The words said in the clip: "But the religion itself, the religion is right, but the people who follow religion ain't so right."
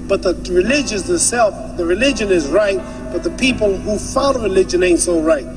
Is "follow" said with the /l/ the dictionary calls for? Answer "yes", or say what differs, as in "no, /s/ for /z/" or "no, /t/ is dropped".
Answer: no, /n/ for /l/